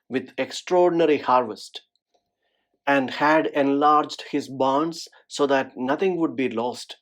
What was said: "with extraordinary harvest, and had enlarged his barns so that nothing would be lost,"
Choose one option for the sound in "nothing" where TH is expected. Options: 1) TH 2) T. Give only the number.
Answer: 2